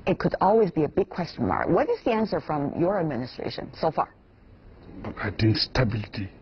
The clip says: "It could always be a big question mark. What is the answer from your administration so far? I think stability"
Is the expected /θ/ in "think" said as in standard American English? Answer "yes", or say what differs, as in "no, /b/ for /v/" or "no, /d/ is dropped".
no, /t/ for /θ/